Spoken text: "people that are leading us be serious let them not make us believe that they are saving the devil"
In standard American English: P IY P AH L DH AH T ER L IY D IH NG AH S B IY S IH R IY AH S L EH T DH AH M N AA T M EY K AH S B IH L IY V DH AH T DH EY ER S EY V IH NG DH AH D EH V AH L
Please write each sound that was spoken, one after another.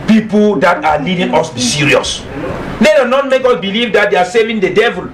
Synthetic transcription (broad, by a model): P IY P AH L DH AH T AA L IY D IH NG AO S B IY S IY R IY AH S N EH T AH N AA T M EY K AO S B IH L IY V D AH T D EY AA S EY V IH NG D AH D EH V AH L